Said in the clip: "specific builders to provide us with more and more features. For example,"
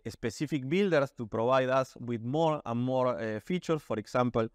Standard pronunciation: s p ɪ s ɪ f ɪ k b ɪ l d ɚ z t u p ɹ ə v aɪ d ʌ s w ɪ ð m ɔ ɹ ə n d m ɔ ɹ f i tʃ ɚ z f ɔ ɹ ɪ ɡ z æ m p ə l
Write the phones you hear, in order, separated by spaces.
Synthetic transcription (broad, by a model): s p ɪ s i f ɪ k b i l d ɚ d t u p ɹ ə b aɪ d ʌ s w ɪ ð m ɔ ɹ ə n m ɔ ɹ f i tʃ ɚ s f ɔ ɹ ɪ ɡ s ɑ m p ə l